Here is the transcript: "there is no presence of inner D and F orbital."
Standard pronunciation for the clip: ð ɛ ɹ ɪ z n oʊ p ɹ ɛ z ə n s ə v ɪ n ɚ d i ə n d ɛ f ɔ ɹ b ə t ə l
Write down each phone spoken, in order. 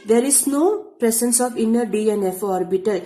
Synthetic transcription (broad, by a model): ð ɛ ɹ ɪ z n oʊ p ɹ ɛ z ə n s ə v ɪ n ɚ d i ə n ɛ f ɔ ɹ b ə t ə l